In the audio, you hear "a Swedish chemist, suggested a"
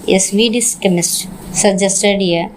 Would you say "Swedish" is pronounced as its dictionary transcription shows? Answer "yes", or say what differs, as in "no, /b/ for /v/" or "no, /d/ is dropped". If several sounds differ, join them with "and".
no, /s/ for /ʃ/